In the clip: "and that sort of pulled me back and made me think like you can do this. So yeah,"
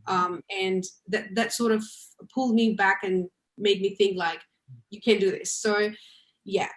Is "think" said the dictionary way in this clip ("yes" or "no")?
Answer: yes